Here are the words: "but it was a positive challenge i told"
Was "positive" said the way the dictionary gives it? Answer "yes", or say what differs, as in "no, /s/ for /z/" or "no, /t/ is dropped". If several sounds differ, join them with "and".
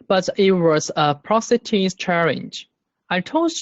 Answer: no, /s/ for /z/